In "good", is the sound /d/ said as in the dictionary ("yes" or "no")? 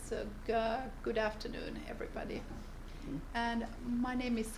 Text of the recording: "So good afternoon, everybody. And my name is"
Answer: yes